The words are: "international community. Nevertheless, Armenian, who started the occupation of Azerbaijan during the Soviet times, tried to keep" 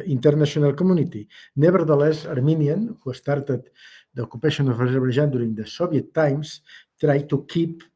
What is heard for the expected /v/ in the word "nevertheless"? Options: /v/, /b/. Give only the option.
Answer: /b/